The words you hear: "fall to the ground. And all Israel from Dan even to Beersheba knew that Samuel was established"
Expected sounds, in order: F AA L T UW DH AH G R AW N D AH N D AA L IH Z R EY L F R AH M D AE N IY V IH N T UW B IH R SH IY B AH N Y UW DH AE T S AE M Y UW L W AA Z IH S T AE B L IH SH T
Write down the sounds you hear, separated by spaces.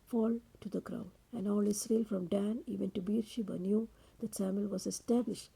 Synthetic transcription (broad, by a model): F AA L T UW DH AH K R AW D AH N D AA L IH S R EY L F R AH M D AE N IY V IH N T UW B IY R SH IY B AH N Y UW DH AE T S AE M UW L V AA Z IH S T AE B L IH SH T